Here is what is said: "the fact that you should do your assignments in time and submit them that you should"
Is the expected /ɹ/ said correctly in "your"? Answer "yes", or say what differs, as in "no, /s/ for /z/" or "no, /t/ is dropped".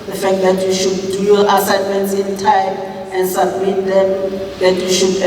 no, /l/ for /ɹ/